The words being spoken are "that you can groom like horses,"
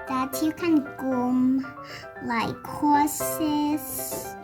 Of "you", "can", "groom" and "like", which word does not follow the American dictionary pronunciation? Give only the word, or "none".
groom